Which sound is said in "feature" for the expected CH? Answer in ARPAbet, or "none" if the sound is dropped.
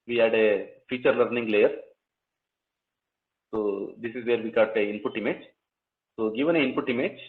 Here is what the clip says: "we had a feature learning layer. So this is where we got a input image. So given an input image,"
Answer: CH